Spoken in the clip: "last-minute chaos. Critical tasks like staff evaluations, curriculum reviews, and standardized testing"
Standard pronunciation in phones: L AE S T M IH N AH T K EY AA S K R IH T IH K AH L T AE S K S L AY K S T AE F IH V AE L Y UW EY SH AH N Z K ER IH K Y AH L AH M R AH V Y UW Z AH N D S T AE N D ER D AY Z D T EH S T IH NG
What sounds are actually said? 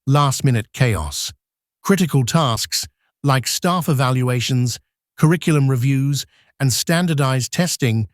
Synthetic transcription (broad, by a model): L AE S T M IH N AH T K EY AA S K R IH T IH K AH L T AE S K S L AY K S T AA F IH V AE L Y UW EY SH AH N Z K ER IH K Y L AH M R AH V Y UW Z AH N S T AE N D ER D AY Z T EH S T IH NG